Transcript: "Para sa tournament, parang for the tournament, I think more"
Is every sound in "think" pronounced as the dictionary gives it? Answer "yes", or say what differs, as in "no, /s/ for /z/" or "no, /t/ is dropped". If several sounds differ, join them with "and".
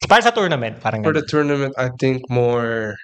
no, /t/ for /θ/